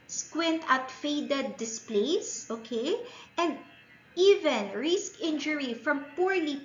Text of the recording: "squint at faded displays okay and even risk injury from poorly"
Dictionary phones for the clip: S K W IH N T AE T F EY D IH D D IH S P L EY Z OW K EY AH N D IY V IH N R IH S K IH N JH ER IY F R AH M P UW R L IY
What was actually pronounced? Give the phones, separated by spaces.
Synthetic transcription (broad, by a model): S K W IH N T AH T F EY D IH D D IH S P L EY S OW K EY AH N D IY V IH N R IH S K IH N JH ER IY F R AH M P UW R L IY